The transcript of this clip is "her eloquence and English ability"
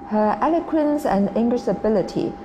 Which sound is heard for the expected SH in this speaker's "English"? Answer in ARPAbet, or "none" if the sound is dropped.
S